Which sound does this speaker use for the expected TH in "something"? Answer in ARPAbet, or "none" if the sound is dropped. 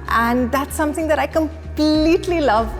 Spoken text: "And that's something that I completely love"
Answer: TH